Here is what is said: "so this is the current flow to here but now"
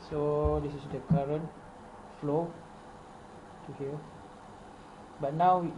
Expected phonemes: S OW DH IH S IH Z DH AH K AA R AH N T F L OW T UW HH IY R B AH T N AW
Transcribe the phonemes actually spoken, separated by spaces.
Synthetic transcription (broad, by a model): S OW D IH S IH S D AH K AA R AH N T F L OW T UW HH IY L B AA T N AW